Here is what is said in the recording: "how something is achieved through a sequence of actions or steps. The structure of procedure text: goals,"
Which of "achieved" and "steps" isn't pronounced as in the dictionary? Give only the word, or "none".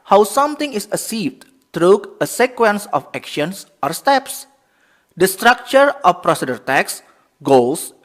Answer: achieved